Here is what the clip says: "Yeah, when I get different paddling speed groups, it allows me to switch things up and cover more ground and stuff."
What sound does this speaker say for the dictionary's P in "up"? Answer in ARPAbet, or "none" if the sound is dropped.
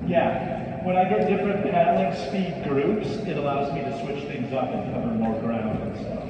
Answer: F